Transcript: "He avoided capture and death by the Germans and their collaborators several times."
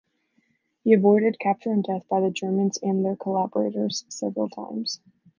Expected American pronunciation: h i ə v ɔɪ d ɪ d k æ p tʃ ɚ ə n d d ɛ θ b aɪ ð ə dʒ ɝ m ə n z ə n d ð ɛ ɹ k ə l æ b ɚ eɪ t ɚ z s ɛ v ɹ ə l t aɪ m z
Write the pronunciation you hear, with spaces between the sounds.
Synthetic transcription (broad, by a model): h i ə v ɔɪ d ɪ d k æ p tʃ ɚ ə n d d ɛ θ b aɪ ð ə dʒ ɝ m ə n z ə n ð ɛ ɹ k ə l æ b ɚ eɪ t ɚ z s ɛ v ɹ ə l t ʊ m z